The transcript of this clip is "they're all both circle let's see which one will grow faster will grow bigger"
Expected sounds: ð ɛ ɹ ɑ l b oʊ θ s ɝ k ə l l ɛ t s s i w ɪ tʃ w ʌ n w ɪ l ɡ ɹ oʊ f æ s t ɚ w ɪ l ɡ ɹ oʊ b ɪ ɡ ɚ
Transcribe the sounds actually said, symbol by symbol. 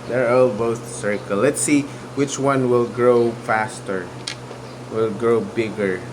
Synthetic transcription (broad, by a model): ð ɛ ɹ ɑ l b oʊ s s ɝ k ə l l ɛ t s s i w ɪ tʃ w ʌ n w ɪ l ɡ ɹ oʊ f æ s t ɚ w ɪ l ɡ ɹ oʊ b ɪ ɡ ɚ